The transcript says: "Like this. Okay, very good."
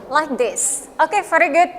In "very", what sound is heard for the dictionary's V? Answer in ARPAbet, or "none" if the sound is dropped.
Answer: F